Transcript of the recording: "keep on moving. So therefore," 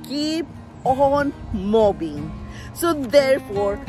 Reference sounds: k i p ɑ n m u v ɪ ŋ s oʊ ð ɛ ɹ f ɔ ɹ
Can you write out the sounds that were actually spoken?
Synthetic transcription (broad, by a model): k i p ɑ n m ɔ b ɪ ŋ s oʊ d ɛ ɹ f ɔ ɹ